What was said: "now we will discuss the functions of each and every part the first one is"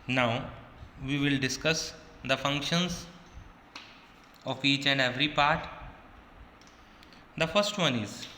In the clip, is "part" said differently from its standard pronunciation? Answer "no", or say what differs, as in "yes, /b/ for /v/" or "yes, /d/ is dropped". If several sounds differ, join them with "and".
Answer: no